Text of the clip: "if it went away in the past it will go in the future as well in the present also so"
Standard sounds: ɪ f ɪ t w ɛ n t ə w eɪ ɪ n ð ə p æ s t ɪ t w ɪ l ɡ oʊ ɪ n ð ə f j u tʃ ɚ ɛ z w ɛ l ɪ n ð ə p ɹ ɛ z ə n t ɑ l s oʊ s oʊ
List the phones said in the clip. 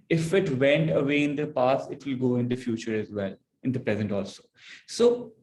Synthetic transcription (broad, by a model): ɪ f ɪ t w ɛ n t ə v eɪ ɪ n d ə p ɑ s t ɪ t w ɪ l ɡ oʊ ɪ n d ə f j u tʃ ɚ ɛ z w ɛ l ɪ n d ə p ɹ ɛ z ə n t ɑ l s oʊ s oʊ